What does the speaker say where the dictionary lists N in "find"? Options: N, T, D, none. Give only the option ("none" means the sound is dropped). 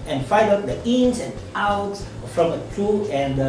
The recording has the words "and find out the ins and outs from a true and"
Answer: none